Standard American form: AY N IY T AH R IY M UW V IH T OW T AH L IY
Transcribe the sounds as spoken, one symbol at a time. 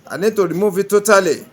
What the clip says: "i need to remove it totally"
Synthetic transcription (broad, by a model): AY N IY T AH R IY M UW F IH T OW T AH L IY